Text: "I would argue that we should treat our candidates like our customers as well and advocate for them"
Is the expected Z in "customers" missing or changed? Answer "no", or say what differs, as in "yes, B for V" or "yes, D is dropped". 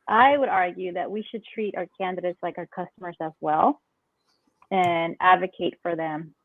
no